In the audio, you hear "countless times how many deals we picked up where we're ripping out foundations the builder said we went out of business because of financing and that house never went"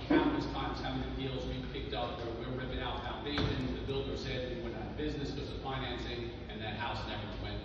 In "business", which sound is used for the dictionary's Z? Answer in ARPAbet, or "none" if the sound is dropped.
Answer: Z